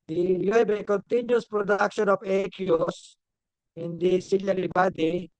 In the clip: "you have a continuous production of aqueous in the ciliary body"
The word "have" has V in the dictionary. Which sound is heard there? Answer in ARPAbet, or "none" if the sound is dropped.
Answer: B